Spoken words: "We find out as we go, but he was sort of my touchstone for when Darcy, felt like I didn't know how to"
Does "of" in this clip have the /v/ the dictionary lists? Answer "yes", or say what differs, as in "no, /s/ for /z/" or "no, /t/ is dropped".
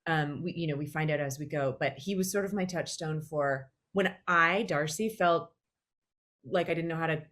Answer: yes